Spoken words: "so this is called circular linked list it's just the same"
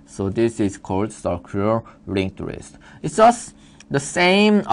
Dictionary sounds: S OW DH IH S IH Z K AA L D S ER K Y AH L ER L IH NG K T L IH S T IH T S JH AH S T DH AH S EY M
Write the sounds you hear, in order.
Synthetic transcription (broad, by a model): S OW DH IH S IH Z K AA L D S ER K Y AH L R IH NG T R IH S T IH T S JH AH S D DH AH S EY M